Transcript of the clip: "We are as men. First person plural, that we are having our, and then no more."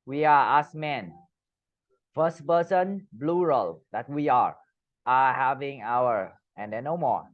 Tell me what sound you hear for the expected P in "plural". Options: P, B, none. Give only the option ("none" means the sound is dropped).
B